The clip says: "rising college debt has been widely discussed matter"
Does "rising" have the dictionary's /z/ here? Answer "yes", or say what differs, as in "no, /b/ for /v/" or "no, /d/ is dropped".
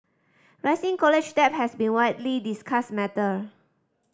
no, /s/ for /z/